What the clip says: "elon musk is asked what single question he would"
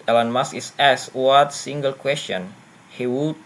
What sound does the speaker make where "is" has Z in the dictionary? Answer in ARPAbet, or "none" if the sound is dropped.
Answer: S